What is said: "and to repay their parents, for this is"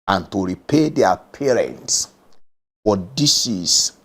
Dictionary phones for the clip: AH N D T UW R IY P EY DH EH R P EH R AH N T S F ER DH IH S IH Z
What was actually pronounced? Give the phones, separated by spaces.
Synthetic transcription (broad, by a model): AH N T UW R IY P EY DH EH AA P EH R AH N T S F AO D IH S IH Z